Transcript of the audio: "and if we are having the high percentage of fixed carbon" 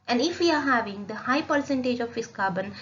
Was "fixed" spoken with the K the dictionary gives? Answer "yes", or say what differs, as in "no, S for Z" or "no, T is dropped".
no, K is dropped